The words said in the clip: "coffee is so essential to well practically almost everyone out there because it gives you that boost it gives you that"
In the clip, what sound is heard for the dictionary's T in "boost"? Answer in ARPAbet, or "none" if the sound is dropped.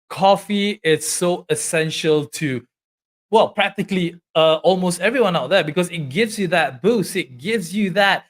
none